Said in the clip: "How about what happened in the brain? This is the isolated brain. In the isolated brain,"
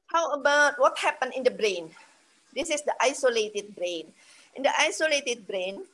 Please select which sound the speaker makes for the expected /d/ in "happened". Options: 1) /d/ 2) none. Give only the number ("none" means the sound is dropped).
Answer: 2